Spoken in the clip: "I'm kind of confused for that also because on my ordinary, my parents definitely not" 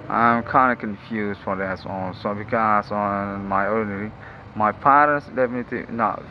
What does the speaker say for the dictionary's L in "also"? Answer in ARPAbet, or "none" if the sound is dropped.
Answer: N